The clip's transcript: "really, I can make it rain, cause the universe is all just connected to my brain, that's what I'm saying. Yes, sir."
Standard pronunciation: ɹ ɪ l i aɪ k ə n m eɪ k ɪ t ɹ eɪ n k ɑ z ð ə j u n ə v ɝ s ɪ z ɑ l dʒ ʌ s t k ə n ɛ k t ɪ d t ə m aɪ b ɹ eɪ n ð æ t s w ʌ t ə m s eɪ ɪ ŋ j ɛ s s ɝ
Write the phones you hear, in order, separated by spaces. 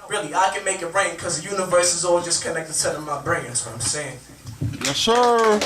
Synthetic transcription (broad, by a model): ɹ ɪ l i aɪ k ə n m eɪ k ɪ t ɹ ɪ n k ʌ z ð ə j u n ə v ɝ s ɪ z ɑ l dʒ ʌ s k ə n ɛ k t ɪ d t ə m aɪ b ɹ eɪ n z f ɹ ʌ ə m s eɪ ɪ ŋ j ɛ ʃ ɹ